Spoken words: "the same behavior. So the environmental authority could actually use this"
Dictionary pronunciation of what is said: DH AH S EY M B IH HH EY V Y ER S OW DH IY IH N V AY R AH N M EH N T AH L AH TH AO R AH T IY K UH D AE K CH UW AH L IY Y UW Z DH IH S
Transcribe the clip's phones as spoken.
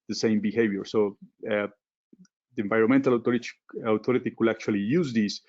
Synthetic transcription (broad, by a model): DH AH S EY M B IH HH EY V Y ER S OW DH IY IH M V AY R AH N M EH N T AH L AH T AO R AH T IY K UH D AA K CH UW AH L IY Y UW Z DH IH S